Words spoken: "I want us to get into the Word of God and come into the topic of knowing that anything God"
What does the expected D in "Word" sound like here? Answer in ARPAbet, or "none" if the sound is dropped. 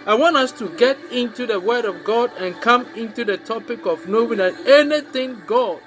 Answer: D